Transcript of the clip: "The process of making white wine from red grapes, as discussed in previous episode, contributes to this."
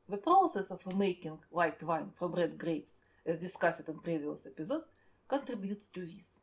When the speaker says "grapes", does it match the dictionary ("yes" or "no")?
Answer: yes